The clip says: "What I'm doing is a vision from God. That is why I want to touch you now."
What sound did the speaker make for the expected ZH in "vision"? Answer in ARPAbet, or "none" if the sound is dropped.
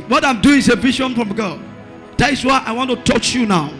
SH